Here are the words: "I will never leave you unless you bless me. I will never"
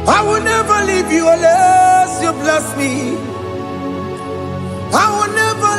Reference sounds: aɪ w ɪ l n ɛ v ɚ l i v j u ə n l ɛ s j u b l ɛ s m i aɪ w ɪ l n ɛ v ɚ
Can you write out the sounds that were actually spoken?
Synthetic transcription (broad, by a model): aɪ w ɪ l n ɛ v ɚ l i v j u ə l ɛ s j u b l ɛ s m i aɪ w ɪ l n ɛ v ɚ